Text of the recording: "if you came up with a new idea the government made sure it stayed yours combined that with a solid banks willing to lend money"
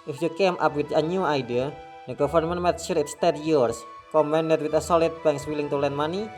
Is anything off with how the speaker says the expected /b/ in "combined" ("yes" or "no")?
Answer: yes